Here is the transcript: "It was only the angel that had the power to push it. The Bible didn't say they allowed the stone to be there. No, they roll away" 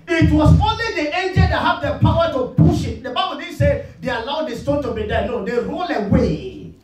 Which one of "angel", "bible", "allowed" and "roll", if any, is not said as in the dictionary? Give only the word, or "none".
none